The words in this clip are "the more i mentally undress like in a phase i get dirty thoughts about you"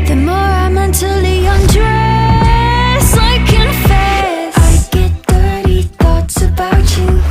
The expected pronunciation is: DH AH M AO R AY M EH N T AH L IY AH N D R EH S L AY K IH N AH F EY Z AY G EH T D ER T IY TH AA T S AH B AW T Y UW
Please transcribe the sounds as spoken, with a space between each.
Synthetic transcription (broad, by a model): DH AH M AO R AY M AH N T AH L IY AH N D R EH S AY K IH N F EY S AY G EH T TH ER T IY TH AA T S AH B AW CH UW